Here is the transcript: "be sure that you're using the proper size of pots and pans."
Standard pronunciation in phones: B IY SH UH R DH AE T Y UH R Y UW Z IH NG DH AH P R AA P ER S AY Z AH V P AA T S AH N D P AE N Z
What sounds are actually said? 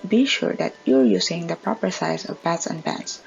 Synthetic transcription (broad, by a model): B IY SH UH R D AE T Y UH R Y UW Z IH NG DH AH P R AA P ER S AY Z AH V B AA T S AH N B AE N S